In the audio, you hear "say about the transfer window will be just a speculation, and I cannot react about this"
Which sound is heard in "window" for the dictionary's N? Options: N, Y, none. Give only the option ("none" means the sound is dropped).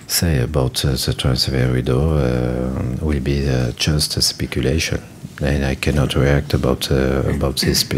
none